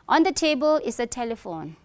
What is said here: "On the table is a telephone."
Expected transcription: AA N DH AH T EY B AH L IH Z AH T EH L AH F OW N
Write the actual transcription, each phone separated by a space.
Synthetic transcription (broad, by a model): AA N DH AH T EY B AH L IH S AH T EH L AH F OW N